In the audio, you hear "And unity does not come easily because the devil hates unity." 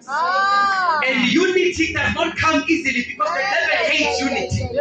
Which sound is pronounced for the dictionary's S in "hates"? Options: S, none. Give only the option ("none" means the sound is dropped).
none